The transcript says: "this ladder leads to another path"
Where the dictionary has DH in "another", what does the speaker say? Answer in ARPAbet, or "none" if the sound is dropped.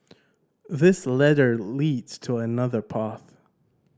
DH